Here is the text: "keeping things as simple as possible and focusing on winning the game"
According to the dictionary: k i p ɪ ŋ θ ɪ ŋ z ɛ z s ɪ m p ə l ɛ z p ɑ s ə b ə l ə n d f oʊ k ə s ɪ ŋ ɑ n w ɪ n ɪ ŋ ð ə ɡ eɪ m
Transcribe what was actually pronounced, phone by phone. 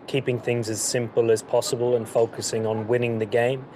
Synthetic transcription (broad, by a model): k i p ɪ ŋ θ ɪ ŋ z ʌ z s ɪ m p ə l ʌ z p ɑ s ə b ə l ə n f oʊ k ə s ɪ ŋ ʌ n w ɪ n ɪ ŋ ð ə ɡ eɪ m